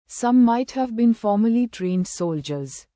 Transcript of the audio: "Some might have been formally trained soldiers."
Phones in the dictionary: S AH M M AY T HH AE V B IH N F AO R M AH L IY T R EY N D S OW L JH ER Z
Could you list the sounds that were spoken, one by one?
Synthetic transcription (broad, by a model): S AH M M AY T HH AE V B IH N F AO R M AH L IY T R EY N D S OW L JH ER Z